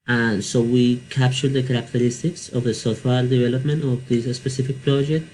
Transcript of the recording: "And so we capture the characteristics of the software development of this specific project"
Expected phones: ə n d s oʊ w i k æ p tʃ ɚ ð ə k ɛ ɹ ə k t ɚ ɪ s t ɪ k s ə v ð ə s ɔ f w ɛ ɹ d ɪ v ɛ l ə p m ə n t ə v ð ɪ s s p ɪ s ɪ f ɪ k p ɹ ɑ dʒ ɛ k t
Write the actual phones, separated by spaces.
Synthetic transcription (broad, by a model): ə n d s oʊ w i k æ p tʃ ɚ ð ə k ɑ ɹ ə k t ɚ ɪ s t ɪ k s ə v ð ə s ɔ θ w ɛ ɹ d ɪ v ɛ l ə p m ə n t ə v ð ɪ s s p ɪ s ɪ f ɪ k p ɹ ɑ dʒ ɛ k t